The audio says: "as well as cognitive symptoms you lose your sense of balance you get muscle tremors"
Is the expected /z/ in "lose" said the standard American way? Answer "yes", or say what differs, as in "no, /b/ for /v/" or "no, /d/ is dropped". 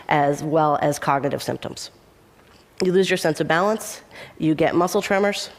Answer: yes